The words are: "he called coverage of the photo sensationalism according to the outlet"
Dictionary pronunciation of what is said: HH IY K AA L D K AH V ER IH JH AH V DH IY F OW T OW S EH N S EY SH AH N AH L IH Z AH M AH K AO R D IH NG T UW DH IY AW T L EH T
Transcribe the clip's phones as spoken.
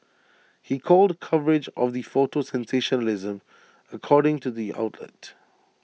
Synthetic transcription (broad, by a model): HH IY K AA L D K AH V ER IH JH AH V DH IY F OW T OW S EH N S EY SH AH N AH L IH Z AH M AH K AO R D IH NG T UW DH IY AW T L EH T